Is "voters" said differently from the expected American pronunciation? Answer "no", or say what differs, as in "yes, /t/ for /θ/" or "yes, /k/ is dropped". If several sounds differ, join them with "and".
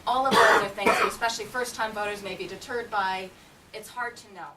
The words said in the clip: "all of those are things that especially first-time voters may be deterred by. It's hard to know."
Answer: no